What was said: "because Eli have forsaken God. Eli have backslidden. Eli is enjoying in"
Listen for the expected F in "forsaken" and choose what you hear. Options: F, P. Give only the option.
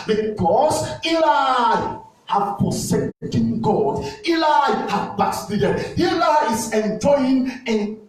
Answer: P